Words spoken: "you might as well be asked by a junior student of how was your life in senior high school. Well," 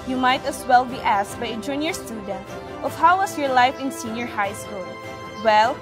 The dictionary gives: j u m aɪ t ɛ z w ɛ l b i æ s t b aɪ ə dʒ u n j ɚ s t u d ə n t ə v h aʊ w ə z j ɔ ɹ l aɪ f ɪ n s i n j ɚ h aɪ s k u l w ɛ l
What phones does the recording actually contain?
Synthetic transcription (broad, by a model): j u m aɪ t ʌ s w ɛ l b i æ s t b aɪ ə dʒ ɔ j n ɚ s t u d ə n t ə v h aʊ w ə s j ɔ ɹ l aɪ f ɪ n s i n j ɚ h aɪ s k u l w ɛ l